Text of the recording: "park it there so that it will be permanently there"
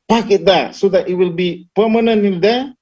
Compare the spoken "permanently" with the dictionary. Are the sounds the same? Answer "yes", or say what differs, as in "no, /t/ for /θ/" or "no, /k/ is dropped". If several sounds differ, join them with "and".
no, /l/ is dropped